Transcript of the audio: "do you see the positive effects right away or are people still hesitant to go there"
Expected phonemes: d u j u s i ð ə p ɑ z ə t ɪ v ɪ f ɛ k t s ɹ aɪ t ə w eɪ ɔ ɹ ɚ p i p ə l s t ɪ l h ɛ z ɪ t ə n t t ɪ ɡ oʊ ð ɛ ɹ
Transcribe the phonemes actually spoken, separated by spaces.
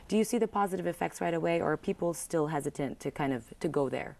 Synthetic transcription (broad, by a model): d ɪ j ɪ s i ð ə p ɑ z ə t ɪ v ɪ f ɛ k t s ɹ aɪ t ə w eɪ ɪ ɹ ɚ p i p l s t ɪ l h ɛ z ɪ t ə n t t ɪ ɡ oʊ ð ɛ ɹ